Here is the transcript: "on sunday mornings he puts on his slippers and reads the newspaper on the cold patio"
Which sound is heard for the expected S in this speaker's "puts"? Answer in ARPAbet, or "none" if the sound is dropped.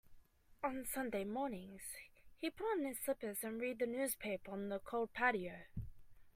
none